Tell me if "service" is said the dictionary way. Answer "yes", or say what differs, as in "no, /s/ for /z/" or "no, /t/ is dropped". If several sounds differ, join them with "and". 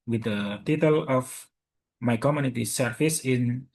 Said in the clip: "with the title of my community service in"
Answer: no, /f/ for /v/